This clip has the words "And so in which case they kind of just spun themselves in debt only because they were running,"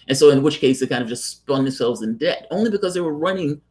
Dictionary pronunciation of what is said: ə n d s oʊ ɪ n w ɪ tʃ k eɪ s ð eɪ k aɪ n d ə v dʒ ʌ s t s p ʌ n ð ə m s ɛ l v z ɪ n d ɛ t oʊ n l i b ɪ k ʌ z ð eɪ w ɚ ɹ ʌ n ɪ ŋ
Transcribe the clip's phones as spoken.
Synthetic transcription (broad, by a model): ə n s oʊ ɪ n w ɪ tʃ k eɪ s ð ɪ k aɪ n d ə v dʒ ʌ s t s p ʌ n ð ə m s ɛ l v z ɪ n d ɛ t oʊ n l i b ɪ k ʌ z ð eɪ w ɚ ɹ ʌ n ɪ ŋ